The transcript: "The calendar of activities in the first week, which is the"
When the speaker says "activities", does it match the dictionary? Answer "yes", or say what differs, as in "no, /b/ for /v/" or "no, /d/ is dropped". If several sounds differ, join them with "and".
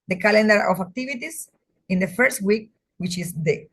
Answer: no, /s/ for /z/